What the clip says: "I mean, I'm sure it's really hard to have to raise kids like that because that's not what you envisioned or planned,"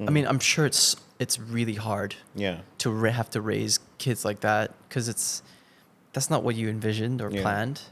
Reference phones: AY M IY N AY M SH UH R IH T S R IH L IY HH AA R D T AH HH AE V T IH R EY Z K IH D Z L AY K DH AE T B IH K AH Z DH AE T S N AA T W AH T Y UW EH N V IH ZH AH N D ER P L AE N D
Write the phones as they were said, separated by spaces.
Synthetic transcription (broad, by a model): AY M IY N AY M SH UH R IH T S R IH L IY HH AA R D T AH HH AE F T IH R EY Z K IH D Z L AY K DH AE T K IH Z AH S DH AE T S N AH T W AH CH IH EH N V IH ZH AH N D ER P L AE N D